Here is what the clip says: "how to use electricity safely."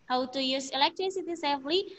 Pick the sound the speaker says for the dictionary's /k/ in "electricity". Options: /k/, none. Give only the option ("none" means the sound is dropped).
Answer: /k/